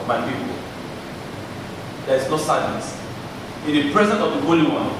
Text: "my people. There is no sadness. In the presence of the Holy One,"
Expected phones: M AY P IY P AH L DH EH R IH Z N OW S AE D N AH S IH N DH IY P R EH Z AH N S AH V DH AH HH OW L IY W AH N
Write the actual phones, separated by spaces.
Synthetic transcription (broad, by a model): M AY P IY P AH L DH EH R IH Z N OW S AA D AH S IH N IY P R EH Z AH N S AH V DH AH HH OW L IY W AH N